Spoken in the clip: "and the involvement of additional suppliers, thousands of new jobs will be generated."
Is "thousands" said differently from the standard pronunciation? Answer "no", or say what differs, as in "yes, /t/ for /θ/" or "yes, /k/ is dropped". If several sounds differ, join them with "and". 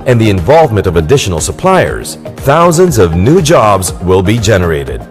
no